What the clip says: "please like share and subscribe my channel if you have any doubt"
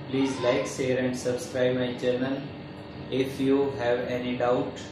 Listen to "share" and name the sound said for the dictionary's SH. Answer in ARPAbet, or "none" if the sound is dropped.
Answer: S